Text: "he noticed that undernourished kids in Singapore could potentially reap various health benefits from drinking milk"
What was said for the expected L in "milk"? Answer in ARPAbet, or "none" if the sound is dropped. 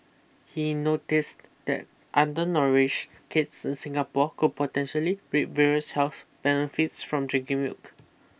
none